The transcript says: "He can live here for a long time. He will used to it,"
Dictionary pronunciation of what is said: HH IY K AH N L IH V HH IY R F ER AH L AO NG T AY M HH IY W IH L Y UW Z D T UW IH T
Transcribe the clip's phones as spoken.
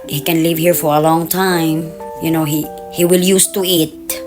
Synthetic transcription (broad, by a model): HH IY K AH N L IH V HH IY R F ER AH L AO NG T AY M HH IY W IH L Y UW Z T UW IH T